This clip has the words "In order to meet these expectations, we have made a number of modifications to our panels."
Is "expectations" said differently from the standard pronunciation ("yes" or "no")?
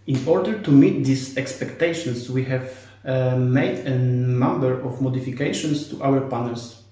yes